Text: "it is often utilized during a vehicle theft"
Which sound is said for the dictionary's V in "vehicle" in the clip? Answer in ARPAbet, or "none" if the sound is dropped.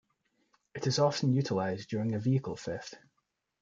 V